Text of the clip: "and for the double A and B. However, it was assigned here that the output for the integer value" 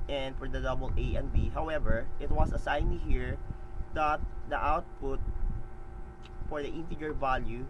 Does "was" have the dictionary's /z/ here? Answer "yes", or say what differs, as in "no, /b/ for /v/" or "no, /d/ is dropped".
no, /s/ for /z/